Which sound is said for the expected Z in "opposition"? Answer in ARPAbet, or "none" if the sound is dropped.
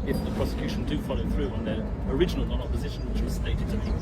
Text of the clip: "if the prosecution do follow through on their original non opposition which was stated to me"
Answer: Z